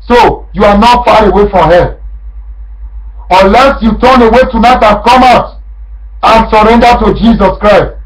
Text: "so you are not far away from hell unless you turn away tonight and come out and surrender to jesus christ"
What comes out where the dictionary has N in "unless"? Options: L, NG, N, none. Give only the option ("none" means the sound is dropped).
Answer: none